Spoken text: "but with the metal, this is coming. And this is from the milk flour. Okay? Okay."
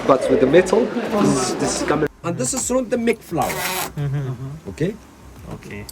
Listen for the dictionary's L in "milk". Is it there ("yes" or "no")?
no